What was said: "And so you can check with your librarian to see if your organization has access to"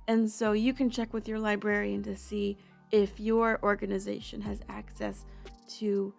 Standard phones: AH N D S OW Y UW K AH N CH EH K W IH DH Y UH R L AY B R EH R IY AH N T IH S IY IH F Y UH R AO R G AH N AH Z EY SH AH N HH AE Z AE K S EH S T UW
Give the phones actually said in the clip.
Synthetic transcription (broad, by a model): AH N S OW Y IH K AH N CH EH K W IH DH Y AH R L AY B R EH R IY AH N T IH S IY IH F Y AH R AO R G AH N AH Z EY SH AH N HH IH Z AE K S EH S T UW